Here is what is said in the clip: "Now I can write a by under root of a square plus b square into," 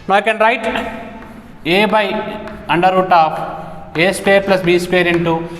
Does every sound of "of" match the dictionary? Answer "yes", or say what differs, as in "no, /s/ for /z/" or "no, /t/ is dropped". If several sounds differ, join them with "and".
no, /p/ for /v/